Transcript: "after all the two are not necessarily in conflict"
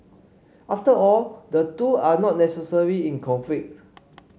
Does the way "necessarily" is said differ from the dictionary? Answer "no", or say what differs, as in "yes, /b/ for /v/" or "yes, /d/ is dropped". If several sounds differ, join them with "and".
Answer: yes, /l/ is dropped